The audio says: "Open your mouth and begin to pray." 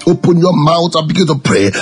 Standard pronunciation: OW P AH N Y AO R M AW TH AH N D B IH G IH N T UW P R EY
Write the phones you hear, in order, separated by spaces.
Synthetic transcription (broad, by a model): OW P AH N Y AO M AW T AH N B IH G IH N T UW P R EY